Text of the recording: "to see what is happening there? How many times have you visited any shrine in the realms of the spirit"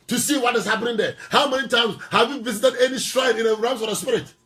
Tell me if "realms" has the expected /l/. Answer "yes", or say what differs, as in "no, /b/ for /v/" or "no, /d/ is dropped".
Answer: no, /l/ is dropped